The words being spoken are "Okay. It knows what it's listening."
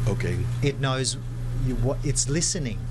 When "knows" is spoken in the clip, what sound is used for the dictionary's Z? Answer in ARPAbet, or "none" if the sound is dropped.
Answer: Z